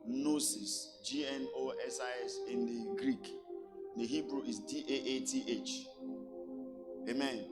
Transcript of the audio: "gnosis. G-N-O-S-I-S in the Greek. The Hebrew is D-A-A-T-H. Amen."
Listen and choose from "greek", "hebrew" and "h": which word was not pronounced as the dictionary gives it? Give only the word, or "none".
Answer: none